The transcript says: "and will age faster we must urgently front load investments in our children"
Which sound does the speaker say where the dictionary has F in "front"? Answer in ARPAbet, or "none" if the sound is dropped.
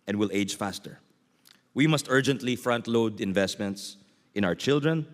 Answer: F